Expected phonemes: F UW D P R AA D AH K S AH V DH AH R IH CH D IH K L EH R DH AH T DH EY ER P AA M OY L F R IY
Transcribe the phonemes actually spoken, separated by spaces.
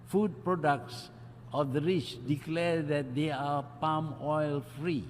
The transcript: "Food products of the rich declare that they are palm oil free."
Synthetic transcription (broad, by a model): F UW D P R AA D AH K S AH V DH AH R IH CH D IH K L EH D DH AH T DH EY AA P AA M OY L F R IY